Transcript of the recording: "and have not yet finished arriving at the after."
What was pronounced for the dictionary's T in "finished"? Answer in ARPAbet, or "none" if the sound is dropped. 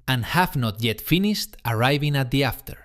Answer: T